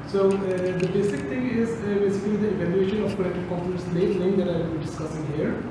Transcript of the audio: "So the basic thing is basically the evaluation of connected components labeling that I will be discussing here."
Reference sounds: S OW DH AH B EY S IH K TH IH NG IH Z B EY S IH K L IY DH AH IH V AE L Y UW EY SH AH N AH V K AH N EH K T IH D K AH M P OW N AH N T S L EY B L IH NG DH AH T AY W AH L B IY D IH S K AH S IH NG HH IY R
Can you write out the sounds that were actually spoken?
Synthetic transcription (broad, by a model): S OW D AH B EY S IH K T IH NG IH Z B EY S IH K L IY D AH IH V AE L Y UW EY SH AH N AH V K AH L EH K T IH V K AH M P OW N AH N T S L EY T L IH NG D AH T AY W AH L B IY D IH S K AH S IH NG HH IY R